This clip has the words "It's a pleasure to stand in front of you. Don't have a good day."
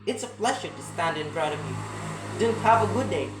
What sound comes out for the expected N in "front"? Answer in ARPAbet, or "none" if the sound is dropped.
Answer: none